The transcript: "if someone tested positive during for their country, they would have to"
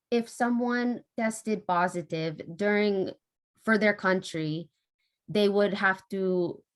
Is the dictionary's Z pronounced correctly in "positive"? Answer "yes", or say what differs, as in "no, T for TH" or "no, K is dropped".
yes